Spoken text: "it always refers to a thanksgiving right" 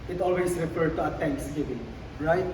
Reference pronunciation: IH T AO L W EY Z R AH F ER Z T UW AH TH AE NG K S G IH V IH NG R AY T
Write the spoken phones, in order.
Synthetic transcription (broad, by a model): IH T AO L W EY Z R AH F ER T UW AH T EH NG K S G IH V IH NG R AY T